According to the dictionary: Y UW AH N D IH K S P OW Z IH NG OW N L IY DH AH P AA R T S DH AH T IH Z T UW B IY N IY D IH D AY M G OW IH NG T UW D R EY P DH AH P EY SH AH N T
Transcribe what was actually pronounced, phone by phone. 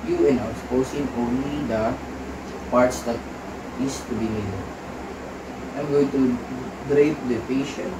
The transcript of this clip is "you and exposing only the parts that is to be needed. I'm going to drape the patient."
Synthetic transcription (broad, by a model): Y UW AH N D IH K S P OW S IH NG OW N L IY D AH P AA R T S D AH T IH S T UW B IY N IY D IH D AY M G OW IH NG T UW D R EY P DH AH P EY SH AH N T